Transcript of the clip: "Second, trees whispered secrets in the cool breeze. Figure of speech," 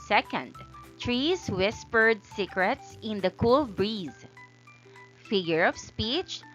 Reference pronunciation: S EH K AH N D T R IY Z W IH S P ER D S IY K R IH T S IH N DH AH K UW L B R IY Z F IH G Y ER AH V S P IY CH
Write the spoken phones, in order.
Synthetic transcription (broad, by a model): S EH K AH N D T R IY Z W IH S P ER D S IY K R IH T S IH N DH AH K UW L B R IY Z F IH G Y ER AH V S P IY CH